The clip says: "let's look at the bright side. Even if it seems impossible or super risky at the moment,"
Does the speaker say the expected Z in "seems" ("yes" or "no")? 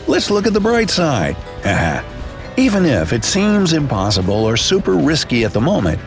yes